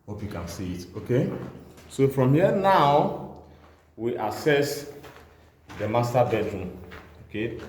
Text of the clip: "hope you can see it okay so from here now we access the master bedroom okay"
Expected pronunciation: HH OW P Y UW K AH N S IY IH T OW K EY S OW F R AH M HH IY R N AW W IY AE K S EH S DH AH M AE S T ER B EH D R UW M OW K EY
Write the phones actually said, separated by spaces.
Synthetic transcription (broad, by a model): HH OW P Y UW K AH N S IY IH T OW K EY S OW F R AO M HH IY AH N AW W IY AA S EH S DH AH M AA S T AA B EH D R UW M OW K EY